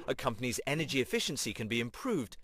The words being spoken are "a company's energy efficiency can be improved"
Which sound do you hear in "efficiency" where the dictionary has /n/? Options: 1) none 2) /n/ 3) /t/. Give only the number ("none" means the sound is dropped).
2